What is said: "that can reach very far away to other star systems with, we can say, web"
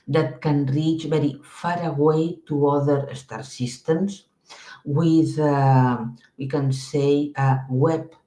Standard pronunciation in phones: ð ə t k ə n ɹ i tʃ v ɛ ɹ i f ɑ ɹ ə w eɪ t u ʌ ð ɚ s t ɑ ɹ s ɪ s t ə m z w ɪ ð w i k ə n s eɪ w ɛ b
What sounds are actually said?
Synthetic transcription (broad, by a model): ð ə t k ə n ɹ i tʃ b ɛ ɹ i f ɑ ɹ ə w eɪ t u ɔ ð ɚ s t ɑ ɹ s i s t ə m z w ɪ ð w i k ə n s eɪ w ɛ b